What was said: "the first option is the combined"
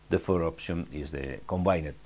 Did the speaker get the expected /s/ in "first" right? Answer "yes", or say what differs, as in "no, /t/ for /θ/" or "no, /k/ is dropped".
no, /s/ is dropped